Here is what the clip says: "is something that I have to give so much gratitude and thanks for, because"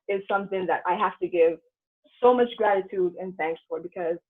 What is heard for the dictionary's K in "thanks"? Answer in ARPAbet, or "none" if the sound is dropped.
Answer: K